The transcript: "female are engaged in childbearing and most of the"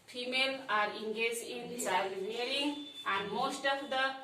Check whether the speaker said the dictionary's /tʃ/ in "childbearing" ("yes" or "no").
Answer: no